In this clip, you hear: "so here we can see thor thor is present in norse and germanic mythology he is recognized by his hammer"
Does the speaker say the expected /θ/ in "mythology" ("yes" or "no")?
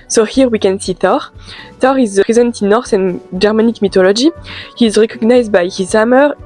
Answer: no